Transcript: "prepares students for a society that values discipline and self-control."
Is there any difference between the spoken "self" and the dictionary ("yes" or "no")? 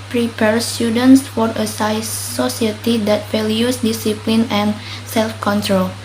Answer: no